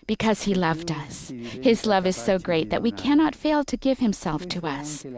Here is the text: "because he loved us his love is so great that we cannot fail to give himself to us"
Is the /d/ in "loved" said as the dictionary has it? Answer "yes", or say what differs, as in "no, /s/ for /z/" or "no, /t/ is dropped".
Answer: yes